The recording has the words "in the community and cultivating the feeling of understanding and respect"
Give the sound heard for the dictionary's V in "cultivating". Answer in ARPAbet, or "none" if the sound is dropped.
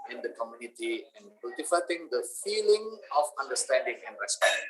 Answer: F